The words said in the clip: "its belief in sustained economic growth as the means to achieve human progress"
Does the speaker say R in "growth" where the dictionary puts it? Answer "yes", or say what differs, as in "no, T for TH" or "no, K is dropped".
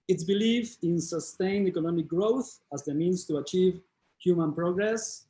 yes